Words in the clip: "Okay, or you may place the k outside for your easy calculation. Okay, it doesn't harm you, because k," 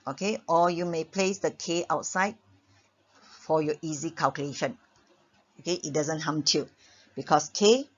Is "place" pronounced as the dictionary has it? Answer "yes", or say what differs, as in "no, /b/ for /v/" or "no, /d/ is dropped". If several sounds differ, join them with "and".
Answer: yes